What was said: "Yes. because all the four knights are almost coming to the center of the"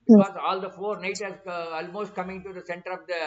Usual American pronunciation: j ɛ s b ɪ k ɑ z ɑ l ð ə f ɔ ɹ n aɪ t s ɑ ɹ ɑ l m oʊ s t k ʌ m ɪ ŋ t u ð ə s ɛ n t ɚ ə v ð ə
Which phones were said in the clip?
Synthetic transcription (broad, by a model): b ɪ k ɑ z ɑ l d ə f ɔ ɹ n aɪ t ɛ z ɑ l m oʊ s t k ʌ m ɪ ŋ t u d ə s ɛ n t ɚ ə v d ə